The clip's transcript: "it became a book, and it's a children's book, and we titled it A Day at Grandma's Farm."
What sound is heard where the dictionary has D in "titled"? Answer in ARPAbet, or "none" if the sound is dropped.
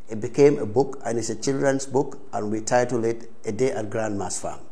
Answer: none